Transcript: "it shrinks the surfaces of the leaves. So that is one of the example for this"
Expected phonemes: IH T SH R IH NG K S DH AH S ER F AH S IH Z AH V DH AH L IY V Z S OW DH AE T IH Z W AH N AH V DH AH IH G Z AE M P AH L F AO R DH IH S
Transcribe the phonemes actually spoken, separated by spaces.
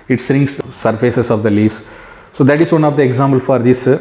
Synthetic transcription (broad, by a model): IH T S R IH NG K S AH S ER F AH S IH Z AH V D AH L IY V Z S OW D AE T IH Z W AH N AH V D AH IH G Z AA M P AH L F AO R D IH S